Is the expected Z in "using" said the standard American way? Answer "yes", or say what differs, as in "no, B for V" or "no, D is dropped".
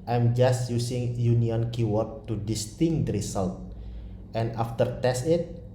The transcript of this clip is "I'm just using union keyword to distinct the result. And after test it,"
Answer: no, S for Z